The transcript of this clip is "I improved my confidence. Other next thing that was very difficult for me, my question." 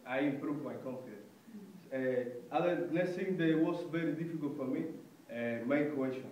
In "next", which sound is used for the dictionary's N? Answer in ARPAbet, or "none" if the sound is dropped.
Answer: L